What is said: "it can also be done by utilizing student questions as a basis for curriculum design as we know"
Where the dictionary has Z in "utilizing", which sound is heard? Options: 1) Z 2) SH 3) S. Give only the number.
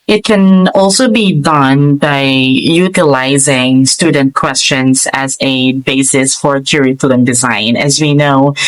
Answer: 1